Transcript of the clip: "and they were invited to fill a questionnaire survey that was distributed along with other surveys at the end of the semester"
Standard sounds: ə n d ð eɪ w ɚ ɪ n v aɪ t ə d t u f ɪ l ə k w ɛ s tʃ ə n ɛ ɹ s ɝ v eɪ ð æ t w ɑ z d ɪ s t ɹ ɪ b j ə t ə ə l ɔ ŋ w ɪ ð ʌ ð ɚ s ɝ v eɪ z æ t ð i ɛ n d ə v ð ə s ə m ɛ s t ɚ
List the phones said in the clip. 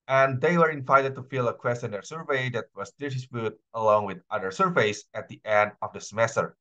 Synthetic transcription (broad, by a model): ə n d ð eɪ w ɚ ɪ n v aɪ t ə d t u f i l ə k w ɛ s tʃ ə n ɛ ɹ s ɝ v eɪ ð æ t w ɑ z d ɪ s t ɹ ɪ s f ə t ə ə l ɔ ŋ w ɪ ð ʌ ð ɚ s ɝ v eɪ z æ t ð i ɛ n d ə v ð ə s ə m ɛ s t ɚ